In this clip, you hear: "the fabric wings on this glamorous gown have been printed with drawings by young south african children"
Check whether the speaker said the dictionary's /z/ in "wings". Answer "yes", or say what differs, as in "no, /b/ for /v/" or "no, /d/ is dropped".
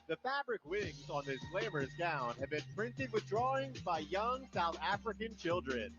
yes